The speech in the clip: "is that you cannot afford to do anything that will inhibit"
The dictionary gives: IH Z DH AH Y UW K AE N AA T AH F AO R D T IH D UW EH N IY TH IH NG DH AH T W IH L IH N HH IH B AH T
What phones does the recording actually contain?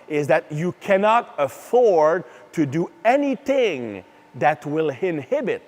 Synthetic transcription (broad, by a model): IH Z DH AH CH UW K AE N AA T AH F AO R D T IH D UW EH N IY TH IH NG DH AH T W IH L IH N HH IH B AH T